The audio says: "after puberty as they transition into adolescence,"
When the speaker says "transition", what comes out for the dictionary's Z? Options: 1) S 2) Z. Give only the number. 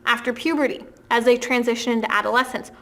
2